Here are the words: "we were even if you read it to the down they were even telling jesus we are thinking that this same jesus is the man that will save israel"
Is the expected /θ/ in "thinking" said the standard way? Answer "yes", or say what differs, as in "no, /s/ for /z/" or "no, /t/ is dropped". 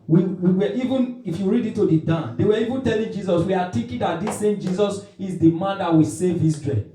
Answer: no, /t/ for /θ/